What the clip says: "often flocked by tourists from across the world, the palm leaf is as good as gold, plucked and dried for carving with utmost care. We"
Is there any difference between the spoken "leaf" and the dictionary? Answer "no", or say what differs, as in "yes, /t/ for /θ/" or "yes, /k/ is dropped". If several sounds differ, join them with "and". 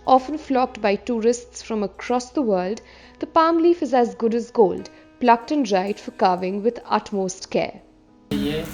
no